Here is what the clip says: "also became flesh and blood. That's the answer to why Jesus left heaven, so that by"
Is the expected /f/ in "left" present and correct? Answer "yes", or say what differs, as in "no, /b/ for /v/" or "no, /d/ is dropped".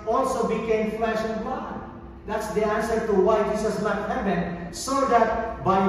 no, /f/ is dropped